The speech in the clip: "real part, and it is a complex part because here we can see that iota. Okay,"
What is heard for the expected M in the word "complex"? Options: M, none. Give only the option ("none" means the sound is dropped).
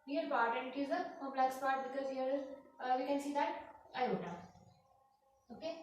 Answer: none